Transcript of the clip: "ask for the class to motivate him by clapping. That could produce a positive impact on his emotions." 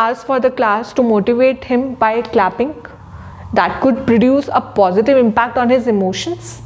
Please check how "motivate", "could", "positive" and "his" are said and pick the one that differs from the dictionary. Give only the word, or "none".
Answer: none